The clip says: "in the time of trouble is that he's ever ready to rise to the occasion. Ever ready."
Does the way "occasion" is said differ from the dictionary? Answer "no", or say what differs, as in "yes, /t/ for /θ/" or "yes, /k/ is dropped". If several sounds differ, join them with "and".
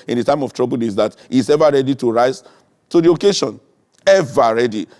yes, /ʃ/ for /ʒ/